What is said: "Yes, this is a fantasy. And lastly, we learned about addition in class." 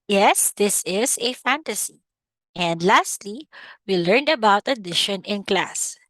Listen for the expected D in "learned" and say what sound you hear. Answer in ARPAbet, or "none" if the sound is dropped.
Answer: D